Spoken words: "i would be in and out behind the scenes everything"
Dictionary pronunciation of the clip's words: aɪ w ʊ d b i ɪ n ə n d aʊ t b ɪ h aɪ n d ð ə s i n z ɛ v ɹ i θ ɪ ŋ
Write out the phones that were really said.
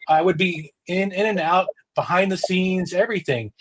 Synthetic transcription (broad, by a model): aɪ w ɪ d b i ɪ n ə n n aʊ t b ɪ h aɪ n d ð ə s i n z ɛ v ɹ i θ ɪ ŋ